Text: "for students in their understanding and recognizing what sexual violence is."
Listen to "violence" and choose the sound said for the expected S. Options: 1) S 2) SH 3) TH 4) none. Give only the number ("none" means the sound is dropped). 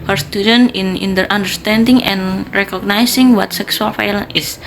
4